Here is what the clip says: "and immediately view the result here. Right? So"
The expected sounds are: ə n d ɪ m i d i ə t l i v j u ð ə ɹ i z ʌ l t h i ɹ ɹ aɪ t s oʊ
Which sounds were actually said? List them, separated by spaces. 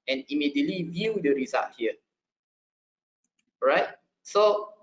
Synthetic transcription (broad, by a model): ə n ɪ m i d i ə t l i v j u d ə ɹ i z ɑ t h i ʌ ɹ aɪ t s oʊ